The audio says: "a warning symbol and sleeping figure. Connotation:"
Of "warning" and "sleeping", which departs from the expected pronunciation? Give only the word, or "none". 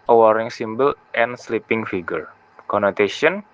warning